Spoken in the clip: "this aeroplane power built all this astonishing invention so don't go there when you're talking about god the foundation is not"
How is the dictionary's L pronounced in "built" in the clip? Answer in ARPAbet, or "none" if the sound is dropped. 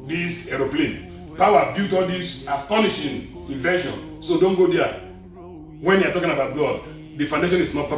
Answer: none